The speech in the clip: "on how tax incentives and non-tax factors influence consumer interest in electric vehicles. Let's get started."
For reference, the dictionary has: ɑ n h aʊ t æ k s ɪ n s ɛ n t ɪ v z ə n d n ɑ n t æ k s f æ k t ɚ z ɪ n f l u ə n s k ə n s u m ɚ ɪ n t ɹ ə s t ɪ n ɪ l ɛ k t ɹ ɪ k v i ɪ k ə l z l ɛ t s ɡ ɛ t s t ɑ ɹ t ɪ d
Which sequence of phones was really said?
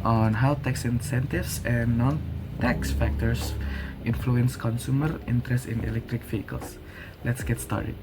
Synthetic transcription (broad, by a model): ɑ n h aʊ t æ k s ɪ n s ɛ n t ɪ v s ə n n ɑ n t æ k s f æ k t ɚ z ɪ n f l u ə n s k ə n s u m ɚ ɪ n t ɹ ə s t ɪ n ɪ l ɛ k t ɹ ɪ k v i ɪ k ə l s l ɛ t s ɡ ɛ t s t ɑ ɹ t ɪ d